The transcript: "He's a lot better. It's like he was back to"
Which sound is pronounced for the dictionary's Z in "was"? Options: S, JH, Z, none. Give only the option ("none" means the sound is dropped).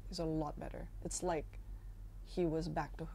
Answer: Z